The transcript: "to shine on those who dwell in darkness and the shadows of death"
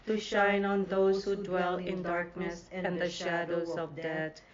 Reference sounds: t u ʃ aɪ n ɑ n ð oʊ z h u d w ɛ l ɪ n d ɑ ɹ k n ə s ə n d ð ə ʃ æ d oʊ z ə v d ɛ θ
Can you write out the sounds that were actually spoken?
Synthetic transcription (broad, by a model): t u ʃ aɪ n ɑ n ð oʊ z h u d w ɛ l ɪ n d ɑ ɹ k n ə s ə n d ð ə ʃ æ d oʊ z ə v d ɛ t